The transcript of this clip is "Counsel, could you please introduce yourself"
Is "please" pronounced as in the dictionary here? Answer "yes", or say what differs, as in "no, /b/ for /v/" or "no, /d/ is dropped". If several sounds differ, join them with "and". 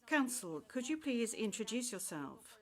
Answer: yes